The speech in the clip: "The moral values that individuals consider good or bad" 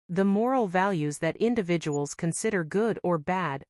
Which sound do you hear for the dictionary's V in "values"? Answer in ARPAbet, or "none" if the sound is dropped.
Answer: V